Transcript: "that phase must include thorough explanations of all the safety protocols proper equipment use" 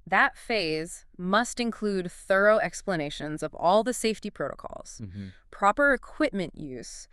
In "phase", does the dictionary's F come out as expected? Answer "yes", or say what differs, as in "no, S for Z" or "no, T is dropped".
yes